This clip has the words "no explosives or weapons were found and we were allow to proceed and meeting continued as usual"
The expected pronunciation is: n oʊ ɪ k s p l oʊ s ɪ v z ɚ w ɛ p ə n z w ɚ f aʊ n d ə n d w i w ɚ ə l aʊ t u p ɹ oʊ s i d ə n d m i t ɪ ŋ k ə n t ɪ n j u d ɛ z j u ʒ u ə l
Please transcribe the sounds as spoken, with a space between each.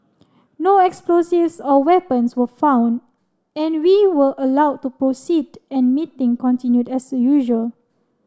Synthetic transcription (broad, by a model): n oʊ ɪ k s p l oʊ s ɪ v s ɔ w ɛ p ə n s w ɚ f aʊ n d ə n w i w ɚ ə l aʊ t u p ɹ oʊ s i d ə n m i t ɪ ŋ k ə n t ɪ n j u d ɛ s j u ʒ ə l